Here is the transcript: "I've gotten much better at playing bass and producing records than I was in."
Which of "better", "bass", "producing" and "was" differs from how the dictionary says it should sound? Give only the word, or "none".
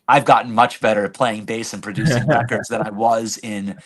none